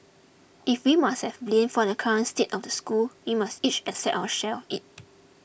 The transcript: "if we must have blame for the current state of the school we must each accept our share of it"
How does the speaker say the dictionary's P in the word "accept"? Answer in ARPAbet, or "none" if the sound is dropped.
none